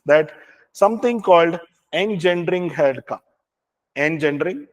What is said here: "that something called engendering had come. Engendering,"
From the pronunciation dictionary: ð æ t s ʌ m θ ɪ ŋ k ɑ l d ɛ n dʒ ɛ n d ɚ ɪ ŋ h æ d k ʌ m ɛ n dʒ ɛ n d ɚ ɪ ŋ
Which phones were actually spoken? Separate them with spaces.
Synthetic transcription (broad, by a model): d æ t s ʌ m t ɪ ŋ k ɑ l d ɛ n dʒ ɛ n d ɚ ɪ ŋ h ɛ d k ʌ ɛ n dʒ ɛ n d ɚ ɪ ŋ